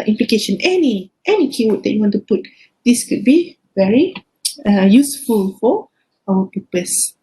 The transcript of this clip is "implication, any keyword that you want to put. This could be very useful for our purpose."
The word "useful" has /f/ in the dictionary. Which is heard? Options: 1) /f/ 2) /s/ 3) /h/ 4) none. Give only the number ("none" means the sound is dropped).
1